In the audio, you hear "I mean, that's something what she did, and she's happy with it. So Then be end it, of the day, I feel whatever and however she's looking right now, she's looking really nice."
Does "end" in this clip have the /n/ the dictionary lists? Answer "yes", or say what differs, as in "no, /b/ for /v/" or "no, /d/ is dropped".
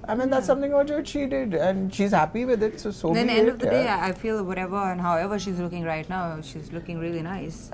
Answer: no, /n/ is dropped